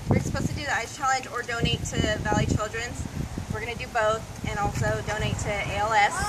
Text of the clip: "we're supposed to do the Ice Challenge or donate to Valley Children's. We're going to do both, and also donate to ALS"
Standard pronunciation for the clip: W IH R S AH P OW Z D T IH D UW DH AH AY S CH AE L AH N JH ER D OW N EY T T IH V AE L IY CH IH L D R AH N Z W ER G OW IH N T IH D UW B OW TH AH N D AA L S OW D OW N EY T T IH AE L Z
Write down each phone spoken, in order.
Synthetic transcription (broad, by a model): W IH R S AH P OW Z T IH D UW DH AH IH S CH AE L AH N JH ER D OW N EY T T IH V AE L IY CH IH L D R AH N Z W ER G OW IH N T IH D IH B OW TH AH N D AA L S OW D OW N EY T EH IH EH L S